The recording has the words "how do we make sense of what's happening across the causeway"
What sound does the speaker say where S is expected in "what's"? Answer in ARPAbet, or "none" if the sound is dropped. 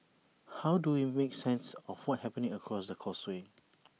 none